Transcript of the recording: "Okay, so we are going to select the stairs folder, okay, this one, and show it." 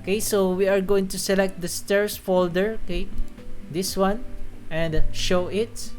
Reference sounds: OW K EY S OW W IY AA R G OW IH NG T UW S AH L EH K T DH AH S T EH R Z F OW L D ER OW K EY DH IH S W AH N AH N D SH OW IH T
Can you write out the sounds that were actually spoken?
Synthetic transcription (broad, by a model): K EY S OW W IY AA R G OW IH NG T UW S AH L EH K T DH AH S T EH R S F OW L D ER OW K EY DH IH S W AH N AH N D SH OW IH T